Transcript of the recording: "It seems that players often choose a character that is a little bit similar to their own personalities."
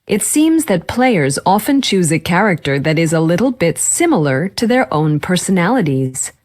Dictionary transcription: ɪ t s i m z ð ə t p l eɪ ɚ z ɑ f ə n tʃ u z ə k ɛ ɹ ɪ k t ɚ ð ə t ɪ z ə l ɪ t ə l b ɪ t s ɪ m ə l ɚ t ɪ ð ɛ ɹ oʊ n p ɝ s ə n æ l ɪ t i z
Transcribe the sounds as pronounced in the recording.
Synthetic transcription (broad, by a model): ɪ t s i m z ð ə t p l eɪ ɚ z ɑ f ə n tʃ u z ə k ɛ ɹ ɪ k t ɚ ð ə t ɪ z ə l ɪ t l b ɪ t s ɪ m l ɚ t ɪ ð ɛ ɹ oʊ n p ɝ s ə n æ l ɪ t i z